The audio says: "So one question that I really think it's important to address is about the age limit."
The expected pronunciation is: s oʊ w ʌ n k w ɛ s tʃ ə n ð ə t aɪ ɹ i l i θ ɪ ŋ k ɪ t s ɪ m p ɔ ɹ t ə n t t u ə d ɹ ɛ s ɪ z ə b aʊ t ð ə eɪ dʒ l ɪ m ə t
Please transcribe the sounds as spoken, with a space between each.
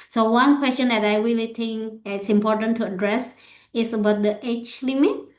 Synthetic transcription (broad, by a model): s oʊ w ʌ n k w ɛ s tʃ ə n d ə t aɪ ɹ i l i t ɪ ŋ k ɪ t s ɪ m p ɔ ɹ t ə n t t u ə d ɹ ɛ s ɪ s ə b aʊ t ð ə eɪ tʃ l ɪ m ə t